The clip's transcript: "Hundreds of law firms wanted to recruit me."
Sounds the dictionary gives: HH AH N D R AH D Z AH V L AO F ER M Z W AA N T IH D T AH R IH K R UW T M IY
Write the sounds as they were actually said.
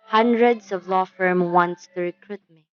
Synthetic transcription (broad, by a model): HH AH N D R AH D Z AH V L AO F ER M W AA N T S T AH R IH K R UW T M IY